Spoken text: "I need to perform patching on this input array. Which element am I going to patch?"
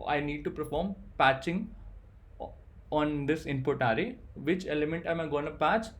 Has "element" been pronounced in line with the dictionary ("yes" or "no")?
yes